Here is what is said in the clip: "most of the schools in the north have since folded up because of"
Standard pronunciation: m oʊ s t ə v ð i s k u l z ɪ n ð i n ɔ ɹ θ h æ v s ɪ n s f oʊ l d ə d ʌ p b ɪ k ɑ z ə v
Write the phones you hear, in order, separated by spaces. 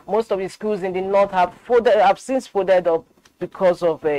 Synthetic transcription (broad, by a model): m oʊ s t ə v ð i s k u l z ɪ n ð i n ɔ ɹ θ h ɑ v s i n s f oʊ d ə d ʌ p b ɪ k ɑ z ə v